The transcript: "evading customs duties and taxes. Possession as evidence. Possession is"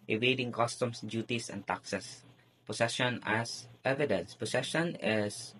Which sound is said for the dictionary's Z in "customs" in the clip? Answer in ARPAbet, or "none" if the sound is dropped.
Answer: S